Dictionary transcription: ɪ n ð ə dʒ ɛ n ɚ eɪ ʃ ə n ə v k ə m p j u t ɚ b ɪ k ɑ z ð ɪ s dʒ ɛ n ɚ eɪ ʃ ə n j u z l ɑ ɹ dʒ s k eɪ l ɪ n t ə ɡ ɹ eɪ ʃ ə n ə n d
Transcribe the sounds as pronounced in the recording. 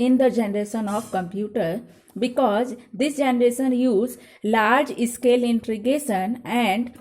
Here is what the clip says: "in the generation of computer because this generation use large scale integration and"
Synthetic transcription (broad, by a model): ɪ n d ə dʒ ɛ n ɚ eɪ ʃ ə n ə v k ə m p j u t ɚ b ɪ k ɑ z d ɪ s dʒ ɛ n ɚ eɪ ʃ ə n j u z l ɑ ɹ dʒ s k eɪ l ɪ n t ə ɡ eɪ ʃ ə n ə n d